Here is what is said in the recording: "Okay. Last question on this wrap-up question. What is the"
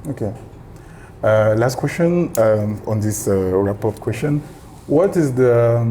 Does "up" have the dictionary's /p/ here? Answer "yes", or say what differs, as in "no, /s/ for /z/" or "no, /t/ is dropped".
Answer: no, /f/ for /p/